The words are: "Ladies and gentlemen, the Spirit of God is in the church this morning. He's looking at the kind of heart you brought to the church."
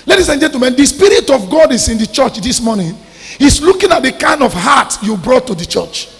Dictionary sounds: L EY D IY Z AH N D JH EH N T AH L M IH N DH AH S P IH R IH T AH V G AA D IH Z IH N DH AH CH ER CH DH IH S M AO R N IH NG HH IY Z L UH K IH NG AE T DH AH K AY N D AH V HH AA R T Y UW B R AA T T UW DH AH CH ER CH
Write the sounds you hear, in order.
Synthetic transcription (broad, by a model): L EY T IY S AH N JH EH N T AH M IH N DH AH S P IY R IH T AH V G AA D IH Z IH N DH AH CH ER CH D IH S M AO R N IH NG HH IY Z L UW K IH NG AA T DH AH K AY N D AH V HH AA T Y UW B R AA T T UW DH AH CH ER CH